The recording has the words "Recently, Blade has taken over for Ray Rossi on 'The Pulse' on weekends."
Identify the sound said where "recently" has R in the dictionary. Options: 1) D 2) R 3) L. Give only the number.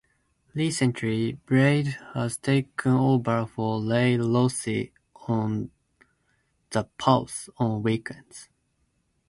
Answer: 3